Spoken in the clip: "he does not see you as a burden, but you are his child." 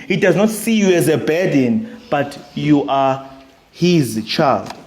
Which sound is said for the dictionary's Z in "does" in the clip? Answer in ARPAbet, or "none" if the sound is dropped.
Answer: Z